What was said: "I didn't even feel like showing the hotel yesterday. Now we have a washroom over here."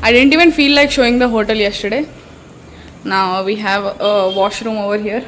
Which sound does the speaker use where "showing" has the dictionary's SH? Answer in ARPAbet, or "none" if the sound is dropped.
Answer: SH